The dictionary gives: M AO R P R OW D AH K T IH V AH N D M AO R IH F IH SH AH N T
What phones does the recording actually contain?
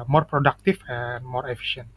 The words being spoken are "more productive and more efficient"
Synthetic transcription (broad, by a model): M AO R P R OW D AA K T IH F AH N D M AO R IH F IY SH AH N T